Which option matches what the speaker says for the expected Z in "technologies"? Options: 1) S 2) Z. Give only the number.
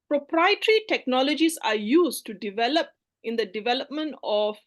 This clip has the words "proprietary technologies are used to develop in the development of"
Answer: 1